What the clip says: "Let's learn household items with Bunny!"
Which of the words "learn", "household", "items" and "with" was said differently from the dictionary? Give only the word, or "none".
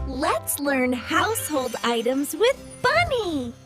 none